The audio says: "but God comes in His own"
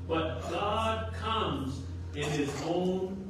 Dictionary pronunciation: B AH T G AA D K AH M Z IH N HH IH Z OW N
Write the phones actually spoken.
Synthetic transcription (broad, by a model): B AH T G AA D K AH M Z IH N IH Z OW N